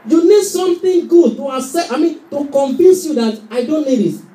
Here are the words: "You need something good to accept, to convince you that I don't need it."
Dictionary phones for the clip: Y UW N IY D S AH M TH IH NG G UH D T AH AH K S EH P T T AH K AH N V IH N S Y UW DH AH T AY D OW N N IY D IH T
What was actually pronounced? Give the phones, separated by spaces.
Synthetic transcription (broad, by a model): Y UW N IY D S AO M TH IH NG G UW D T AH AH S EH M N T AH K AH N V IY N S Y UW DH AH T AY D OW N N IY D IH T